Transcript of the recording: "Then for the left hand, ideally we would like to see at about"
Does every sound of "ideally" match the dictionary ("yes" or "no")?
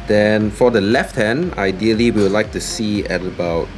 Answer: no